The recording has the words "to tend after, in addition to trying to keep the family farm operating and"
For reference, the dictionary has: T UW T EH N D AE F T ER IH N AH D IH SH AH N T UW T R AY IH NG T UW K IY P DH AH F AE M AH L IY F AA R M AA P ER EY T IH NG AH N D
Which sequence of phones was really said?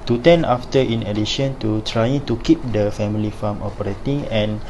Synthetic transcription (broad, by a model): T UW T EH N AA F T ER IH N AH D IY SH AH N T UW T R AY IH NG T UW K IY P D AH F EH M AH L IY F AA M AA P ER EY T IH NG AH N